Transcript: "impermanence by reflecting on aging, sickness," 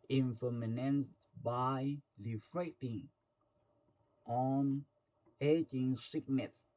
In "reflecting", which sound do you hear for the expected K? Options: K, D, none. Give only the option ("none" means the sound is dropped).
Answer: none